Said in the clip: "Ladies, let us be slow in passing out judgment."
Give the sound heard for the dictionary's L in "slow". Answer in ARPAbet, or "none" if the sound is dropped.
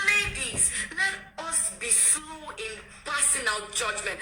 none